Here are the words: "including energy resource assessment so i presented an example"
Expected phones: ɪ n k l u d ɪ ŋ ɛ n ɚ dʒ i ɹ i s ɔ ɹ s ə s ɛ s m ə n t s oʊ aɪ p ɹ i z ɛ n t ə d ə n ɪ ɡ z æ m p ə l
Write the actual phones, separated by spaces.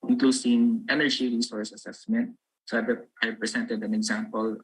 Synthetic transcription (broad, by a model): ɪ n k l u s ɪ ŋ ɛ n ɚ dʒ i ɹ i s ɔ ɹ s ə s ɛ s m ə n t s oʊ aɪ p ɹ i s ɛ n t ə d ə n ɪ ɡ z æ m p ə l